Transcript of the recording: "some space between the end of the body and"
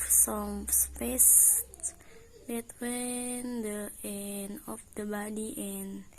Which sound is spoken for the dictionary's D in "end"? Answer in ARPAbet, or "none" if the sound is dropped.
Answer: none